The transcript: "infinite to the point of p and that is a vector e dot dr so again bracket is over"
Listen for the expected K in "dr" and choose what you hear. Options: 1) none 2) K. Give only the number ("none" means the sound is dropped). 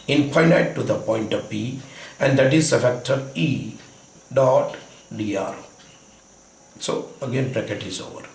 1